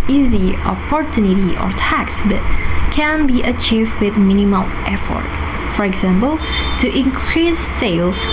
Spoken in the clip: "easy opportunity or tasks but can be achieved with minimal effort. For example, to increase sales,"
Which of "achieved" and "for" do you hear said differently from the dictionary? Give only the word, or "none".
none